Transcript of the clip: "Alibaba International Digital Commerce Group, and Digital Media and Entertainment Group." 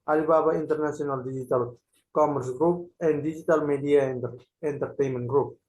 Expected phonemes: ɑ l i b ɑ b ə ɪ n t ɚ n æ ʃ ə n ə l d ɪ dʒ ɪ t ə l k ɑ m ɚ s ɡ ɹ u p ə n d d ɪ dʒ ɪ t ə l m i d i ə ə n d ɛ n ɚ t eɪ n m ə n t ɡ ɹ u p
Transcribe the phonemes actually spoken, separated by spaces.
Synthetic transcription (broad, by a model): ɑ l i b ɑ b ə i n t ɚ n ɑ s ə n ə l d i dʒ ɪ t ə l k ɑ m ɚ s ɡ ɹ u p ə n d d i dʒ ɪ t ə l m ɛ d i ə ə n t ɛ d t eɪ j m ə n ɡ ɹ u p